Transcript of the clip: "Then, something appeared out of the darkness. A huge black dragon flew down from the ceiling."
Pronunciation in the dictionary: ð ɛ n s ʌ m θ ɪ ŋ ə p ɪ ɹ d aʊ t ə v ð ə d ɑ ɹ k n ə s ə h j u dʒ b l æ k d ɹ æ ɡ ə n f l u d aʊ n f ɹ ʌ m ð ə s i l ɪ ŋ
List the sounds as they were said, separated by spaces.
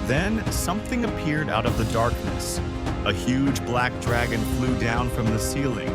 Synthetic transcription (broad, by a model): ð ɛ n s ʌ m θ ɪ ŋ ə p ɪ ɹ d aʊ t ə v ð ə d ɑ ɹ k n ə s ə h j u dʒ b l æ k d ɹ æ ɡ ə n f l u d aʊ n f ɹ ʌ m ð ə s i l ɪ ŋ